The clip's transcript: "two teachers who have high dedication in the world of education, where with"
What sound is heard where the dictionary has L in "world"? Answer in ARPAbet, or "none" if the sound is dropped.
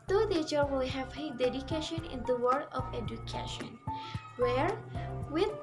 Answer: none